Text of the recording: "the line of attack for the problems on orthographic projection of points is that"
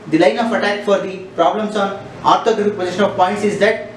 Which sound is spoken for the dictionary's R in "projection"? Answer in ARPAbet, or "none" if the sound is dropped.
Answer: none